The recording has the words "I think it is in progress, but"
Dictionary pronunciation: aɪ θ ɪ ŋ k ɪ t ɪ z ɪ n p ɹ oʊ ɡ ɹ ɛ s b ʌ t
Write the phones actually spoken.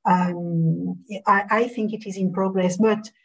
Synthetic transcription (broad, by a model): aɪ θ ɪ ŋ k ɪ t ɪ z ɪ n p ɹ oʊ ɡ ɹ ɛ s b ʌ t